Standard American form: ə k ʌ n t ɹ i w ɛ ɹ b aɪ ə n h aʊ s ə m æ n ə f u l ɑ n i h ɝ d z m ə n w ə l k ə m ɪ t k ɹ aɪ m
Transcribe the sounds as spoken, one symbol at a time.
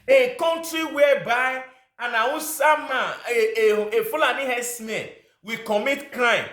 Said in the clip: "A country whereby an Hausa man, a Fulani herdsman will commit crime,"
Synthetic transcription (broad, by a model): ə k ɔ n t ɹ i w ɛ b aɪ ə n aʊ s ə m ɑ ə f u l ɑ n i h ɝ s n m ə w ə k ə m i t k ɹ aɪ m